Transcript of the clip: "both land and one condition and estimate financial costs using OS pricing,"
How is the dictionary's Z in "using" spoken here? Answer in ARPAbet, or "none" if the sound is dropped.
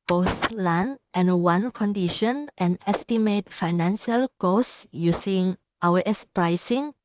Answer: S